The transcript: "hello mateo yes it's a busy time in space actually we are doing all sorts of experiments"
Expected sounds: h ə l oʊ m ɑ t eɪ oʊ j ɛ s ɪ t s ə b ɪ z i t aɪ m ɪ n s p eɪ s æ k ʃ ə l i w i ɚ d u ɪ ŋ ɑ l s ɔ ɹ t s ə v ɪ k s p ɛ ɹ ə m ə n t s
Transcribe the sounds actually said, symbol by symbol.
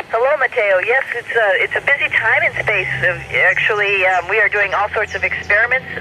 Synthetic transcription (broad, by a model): h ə l oʊ m ɑ t eɪ oʊ j ɛ s ɪ t s ə b ɪ z i t aɪ m ɪ n s p eɪ s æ k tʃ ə l i w i ɚ d u ɪ ŋ ɑ l s ɔ ɹ t s ə v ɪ k s p ɛ ɹ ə m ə n t s